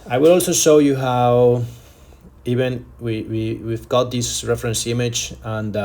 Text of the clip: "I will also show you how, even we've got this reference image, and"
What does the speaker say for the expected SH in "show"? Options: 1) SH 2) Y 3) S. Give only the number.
1